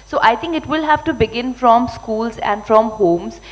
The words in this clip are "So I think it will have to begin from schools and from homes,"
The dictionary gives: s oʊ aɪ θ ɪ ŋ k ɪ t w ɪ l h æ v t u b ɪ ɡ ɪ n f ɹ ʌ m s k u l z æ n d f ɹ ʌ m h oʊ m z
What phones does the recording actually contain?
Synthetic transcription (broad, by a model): s oʊ aɪ t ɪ ŋ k ɪ t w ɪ l h æ v t u b ɪ ɡ ɪ n f ɹ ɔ m s k u l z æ n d f ɹ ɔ m h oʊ m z